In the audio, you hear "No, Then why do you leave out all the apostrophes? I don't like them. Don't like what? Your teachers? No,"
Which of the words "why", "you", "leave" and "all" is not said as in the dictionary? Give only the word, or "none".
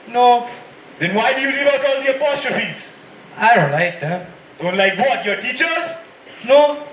leave